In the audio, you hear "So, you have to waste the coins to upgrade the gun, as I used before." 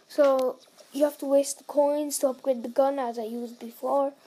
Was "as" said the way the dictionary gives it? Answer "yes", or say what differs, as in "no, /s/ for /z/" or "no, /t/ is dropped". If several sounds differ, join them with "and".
yes